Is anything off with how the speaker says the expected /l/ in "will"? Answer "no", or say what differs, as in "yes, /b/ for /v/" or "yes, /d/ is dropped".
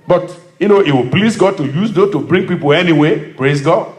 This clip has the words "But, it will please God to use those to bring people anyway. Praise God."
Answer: yes, /w/ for /l/